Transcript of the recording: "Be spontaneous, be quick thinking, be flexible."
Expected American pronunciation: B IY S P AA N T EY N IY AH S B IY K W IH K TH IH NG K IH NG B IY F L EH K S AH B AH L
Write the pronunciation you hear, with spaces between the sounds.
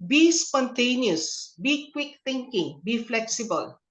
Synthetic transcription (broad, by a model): B IY S P AA N T EY N IY AH S B IY K W IH K T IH NG K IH NG B IY F L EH K S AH B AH L